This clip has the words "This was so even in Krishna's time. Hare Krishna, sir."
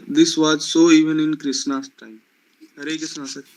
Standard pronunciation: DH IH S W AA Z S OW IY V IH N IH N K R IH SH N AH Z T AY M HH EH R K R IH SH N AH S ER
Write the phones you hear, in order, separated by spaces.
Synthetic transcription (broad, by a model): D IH S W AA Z S OW IY V IH N IH N K R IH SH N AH S T AY M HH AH R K IH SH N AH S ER